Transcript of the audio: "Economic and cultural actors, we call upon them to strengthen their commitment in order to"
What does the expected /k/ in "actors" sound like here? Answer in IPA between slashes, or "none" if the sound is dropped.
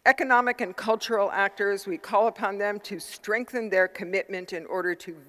/k/